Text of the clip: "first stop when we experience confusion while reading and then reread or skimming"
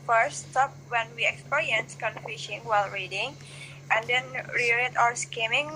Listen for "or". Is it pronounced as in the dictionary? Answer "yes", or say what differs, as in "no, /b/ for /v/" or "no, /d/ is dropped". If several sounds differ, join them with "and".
no, /w/ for /ɹ/